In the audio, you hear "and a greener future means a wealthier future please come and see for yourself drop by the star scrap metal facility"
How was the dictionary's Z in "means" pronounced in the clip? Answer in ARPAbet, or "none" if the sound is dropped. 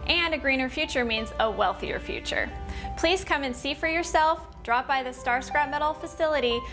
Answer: Z